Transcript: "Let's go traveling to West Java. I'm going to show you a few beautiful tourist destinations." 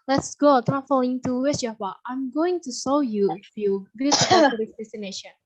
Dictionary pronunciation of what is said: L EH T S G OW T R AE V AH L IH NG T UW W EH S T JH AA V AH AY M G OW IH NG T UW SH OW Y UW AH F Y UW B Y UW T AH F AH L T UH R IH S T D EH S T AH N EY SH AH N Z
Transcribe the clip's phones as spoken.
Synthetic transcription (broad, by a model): L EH T S G OW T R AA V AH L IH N T UW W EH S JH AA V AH AY M G OW IH NG T UW S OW Y UW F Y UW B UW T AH AH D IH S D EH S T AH N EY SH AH N